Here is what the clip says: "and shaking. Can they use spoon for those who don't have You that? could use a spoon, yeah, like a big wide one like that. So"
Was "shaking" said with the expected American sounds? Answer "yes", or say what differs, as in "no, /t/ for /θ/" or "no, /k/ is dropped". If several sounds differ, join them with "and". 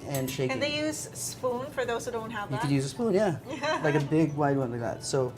no, /k/ is dropped